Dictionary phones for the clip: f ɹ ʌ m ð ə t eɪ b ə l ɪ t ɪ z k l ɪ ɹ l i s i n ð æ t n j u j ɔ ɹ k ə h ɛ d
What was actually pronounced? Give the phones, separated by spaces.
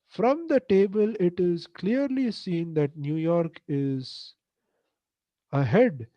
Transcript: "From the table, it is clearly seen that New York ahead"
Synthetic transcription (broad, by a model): f ɹ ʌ m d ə t eɪ b ə l ɪ t ɪ z k l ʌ ɹ l i s i n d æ t n j u j ɔ ɹ k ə h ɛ d